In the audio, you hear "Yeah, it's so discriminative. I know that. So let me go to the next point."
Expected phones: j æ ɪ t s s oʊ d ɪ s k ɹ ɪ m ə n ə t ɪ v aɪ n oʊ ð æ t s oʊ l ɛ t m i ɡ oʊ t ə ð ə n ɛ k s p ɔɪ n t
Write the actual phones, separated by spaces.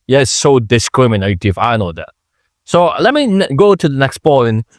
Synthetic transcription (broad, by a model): j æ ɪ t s s oʊ d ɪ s k ɹ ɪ m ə n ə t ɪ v aɪ n oʊ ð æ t s oʊ l ɛ t m i ɡ oʊ t ə ð ə n ɛ k s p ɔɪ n